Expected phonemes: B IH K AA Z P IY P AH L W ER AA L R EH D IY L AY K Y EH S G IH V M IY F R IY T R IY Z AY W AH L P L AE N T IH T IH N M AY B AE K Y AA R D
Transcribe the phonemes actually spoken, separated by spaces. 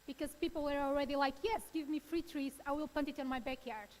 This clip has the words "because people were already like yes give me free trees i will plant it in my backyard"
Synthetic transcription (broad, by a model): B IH K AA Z P IY P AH L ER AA L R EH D IY L AY K Y EH S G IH V M IY F R IY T R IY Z AY W AH L P AH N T IH T IH N M AY B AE K Y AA R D